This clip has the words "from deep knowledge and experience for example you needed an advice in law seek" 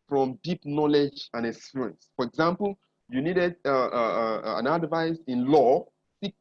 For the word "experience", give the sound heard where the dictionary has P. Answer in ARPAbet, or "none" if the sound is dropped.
none